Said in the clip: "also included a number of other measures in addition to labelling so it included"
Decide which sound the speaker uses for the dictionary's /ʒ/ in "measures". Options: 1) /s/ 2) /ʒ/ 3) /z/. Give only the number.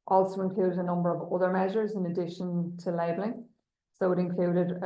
2